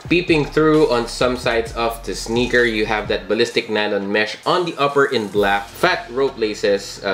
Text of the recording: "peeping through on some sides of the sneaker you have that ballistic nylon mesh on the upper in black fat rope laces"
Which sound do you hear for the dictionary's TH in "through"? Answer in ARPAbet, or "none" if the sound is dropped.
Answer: TH